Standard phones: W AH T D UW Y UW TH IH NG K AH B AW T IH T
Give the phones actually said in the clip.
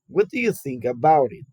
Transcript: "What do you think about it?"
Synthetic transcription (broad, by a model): W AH T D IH Y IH TH IH NG K AH B AW T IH T